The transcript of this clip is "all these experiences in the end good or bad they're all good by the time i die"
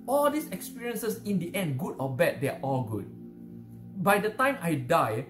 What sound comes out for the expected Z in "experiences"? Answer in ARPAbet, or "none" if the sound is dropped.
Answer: S